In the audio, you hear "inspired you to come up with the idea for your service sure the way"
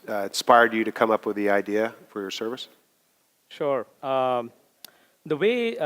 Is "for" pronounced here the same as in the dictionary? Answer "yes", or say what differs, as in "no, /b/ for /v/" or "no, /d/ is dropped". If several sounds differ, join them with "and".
yes